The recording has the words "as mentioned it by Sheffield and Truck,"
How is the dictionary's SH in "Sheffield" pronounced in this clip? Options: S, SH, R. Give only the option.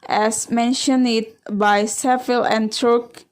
S